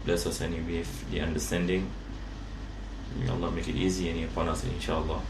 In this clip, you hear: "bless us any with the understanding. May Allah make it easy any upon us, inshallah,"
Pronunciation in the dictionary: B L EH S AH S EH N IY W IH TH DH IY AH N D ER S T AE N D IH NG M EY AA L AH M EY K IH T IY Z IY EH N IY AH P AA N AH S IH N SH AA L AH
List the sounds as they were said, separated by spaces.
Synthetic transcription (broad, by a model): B L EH S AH S EH N IY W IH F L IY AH N D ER S T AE N D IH NG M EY AA L AH M EY K IH T IY Z IY EH N IY AH P AA N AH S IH N SH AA L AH